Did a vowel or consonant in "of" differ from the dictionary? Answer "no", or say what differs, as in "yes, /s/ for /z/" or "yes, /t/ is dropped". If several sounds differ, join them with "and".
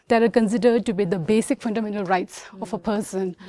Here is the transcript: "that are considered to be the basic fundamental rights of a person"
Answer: yes, /f/ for /v/